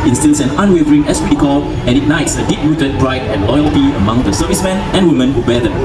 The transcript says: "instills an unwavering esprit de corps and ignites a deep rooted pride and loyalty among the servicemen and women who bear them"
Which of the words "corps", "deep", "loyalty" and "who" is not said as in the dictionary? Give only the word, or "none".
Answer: corps